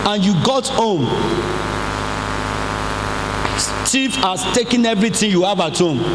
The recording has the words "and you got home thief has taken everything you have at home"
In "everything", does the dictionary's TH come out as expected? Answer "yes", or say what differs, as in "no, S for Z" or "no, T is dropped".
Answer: no, T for TH